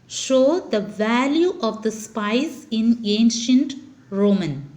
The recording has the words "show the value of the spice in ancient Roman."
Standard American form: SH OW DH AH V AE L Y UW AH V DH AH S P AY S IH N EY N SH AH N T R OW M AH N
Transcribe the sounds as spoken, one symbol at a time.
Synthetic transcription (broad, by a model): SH OW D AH V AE L Y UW AH V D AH S P AY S IH N EY N SH AH N T R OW M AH N